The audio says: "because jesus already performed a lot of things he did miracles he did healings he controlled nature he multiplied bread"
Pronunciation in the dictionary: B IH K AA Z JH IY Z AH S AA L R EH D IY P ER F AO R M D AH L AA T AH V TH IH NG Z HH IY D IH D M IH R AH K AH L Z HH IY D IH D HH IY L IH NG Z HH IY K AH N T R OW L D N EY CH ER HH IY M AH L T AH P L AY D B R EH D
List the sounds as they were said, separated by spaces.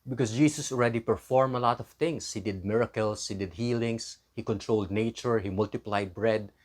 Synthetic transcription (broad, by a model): B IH K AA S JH IY S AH S AA L R EH D IY P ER F AO R M AH L AA T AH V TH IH NG S HH IY D IH D M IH R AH K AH L S HH IY D IH D HH IY L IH NG S HH IY K AH N T R OW L D N EY CH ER HH IY M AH L T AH P L AY D B R EH D